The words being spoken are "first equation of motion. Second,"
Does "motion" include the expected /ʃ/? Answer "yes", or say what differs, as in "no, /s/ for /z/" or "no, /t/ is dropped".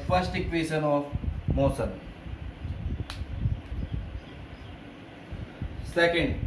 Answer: no, /s/ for /ʃ/